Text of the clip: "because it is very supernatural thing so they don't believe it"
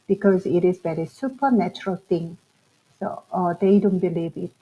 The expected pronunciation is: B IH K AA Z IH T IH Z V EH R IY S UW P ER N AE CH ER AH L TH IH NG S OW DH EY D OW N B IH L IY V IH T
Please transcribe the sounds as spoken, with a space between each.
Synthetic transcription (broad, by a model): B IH K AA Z IH T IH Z B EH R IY S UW P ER N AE CH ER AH L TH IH NG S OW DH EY D OW N B IH L IY V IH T